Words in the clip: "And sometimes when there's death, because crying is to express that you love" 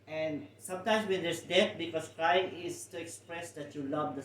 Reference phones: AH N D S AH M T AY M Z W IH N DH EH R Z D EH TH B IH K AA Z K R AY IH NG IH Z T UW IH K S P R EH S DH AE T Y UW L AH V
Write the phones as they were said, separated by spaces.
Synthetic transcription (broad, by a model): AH N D S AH M T AY M S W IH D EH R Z D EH T B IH K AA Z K R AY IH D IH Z T UW IH K S P R EH S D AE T Y UW L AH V